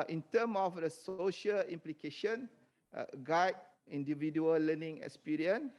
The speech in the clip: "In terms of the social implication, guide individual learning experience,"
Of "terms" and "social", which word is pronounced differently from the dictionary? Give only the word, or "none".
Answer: terms